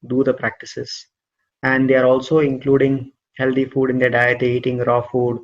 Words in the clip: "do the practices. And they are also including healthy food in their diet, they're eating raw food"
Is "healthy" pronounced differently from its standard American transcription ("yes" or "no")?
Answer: yes